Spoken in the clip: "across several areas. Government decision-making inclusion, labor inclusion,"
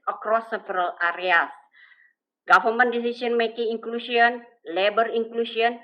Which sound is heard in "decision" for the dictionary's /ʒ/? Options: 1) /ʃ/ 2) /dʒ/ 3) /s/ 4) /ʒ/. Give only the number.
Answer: 3